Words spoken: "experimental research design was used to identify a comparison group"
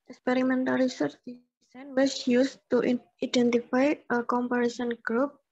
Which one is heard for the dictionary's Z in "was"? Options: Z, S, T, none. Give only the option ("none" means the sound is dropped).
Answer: S